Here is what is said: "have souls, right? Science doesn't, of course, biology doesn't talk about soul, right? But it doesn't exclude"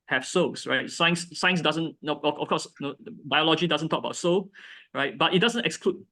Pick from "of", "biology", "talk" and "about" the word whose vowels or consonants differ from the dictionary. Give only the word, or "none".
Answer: of